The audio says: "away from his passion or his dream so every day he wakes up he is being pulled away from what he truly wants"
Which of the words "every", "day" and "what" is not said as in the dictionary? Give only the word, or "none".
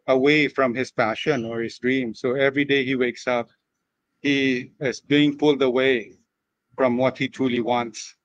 none